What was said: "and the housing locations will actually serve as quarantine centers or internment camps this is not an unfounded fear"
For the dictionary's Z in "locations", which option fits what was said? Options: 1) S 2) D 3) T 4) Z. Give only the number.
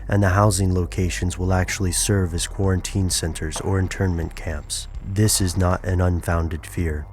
4